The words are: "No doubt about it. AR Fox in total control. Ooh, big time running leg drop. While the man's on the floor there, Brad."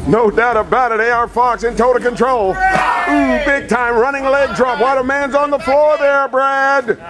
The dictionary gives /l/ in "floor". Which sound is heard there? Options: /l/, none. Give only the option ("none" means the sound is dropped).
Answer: /l/